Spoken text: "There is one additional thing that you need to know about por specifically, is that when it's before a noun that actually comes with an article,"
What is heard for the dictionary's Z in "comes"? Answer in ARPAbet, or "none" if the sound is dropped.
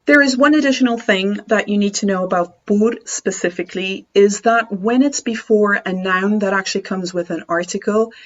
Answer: Z